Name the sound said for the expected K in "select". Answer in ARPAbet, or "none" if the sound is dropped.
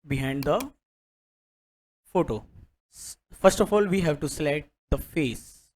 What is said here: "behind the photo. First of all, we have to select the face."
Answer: none